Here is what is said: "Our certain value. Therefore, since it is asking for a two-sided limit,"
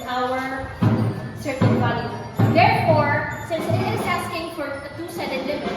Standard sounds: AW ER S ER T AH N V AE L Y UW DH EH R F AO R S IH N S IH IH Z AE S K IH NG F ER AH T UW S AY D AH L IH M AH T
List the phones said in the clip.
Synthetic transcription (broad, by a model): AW ER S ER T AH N B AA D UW DH EH R F AO R S IH N S IH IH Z AE S K IH NG F ER AH T UW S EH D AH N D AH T